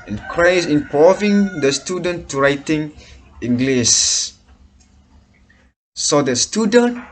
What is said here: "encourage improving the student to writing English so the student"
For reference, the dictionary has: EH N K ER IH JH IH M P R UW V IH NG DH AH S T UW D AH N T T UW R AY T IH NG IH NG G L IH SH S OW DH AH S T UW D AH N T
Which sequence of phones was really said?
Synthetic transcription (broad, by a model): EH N K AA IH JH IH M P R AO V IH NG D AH S T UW D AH N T T UW R AY T IH NG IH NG G L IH S S OW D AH S T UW D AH N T